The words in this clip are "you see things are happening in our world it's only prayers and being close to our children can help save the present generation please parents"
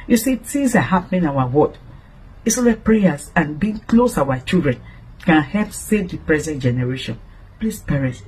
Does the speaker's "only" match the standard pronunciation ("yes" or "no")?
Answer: no